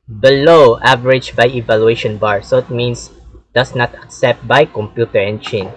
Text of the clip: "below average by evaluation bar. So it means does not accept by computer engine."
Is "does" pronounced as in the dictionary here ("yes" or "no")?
no